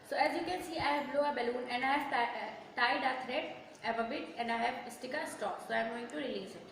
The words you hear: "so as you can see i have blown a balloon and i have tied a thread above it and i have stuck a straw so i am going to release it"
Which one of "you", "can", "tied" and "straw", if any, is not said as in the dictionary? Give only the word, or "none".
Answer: straw